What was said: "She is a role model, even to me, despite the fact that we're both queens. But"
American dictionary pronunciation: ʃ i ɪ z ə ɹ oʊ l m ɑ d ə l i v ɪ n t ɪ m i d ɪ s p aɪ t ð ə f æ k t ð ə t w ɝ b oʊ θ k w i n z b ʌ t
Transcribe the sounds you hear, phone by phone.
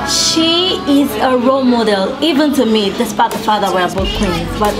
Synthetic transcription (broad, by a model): ʃ i ɪ z ə ɹ oʊ l m ɑ d ə l i v ɪ n t ɪ m i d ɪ s b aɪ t ð ə f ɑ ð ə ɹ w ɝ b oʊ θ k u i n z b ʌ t